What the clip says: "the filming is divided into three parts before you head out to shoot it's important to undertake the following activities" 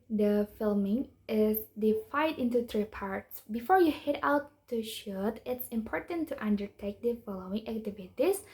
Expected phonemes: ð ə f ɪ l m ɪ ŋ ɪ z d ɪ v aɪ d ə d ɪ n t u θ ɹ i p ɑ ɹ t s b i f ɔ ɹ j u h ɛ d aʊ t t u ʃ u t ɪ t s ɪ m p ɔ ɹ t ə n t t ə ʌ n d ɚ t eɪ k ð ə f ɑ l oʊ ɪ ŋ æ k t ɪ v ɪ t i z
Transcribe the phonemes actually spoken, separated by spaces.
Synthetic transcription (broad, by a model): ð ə f ɪ l m ɪ ŋ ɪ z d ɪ f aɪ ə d ɪ n t u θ ɹ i p ɑ ɹ t s b i f ɔ ɹ j u h ɛ d aʊ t t u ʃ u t ɪ t s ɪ m p ɔ ɹ t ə n t t ə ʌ n d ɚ t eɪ k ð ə f ɑ l oʊ ɪ ŋ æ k t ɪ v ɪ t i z